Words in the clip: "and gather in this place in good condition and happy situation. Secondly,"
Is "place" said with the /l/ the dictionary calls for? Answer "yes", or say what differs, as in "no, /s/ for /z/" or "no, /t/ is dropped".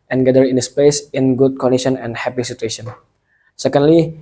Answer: no, /l/ is dropped